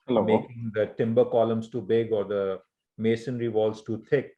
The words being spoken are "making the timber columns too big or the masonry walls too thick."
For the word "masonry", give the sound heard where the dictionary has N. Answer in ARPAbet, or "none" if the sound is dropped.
N